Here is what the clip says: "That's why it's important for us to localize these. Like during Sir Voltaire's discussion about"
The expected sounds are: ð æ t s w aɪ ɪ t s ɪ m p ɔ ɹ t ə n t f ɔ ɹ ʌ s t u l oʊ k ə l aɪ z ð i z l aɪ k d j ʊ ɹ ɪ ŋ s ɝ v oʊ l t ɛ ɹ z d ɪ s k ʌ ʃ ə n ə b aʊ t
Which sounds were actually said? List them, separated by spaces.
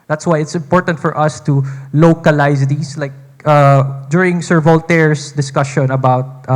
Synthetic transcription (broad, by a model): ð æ t s w aɪ ɪ t s ɪ m p ɔ ɹ t ə n t f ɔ ɹ ʌ s t u l oʊ k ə l aɪ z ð i s l aɪ k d j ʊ ɹ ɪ ŋ s ɝ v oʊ l t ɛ ɹ s d ɪ s k ʌ ʃ ə n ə b aʊ t